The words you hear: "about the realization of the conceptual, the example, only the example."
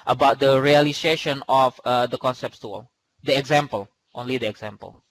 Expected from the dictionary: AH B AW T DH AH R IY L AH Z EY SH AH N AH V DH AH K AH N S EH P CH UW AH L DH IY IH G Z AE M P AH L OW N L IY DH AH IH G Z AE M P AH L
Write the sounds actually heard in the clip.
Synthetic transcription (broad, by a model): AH B AW T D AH R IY L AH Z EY SH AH N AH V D AH K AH N S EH P S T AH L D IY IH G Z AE M P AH L OW N L IY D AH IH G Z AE M P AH L